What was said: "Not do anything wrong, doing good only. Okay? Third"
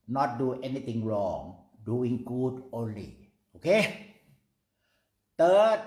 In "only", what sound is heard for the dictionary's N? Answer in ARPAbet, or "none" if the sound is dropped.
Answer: N